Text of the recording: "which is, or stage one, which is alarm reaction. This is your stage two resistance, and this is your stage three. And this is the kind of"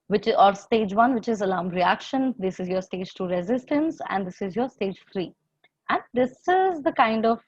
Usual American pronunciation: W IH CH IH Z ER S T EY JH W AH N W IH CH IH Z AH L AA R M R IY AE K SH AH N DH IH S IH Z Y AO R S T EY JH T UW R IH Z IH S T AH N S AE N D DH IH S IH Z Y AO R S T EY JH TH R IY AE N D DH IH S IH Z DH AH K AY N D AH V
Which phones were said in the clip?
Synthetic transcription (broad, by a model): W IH CH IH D S T EY JH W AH N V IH CH IH Z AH L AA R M R IY AE K SH AH N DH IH S IH Z Y AO R S T EY JH T UW R IH Z IH S T AH N S AE N D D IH S IH Z Y AO R S T EY JH F R IY AE N D IH S IH Z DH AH K AY N D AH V